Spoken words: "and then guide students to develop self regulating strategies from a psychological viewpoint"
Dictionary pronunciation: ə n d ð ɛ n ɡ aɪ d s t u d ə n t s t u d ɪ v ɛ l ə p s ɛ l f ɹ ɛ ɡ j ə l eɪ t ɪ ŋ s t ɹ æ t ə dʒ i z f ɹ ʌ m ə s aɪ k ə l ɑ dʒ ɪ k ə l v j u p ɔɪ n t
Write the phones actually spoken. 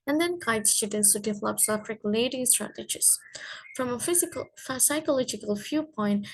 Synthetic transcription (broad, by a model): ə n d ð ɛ n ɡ aɪ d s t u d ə n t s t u d ɪ v ɛ l ə p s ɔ f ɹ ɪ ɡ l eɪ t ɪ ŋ s t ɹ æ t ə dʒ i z f ɹ ʌ m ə s aɪ k ə l ɑ dʒ ɪ k ə l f j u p ɔɪ n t